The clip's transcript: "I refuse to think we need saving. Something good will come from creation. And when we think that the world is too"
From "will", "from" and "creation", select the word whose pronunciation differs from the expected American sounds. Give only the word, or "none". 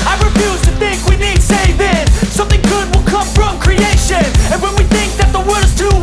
none